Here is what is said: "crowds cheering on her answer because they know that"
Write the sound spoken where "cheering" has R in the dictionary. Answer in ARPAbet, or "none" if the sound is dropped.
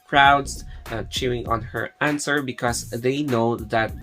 none